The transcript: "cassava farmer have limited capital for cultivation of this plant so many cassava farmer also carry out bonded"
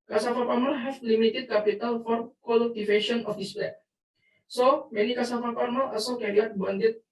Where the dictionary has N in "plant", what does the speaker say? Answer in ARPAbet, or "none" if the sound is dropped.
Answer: none